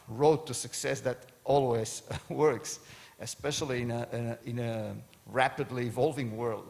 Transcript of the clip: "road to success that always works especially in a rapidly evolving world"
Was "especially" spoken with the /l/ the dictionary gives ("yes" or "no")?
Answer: no